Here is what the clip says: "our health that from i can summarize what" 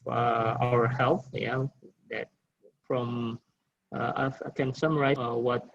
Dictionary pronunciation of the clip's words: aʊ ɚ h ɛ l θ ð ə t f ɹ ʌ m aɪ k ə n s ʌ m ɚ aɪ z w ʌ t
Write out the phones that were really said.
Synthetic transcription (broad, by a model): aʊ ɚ h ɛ l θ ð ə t f ɹ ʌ m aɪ k ə n s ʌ m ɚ aɪ w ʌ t